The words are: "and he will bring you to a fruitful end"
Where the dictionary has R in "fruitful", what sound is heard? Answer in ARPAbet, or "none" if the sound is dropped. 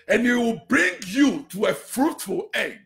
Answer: R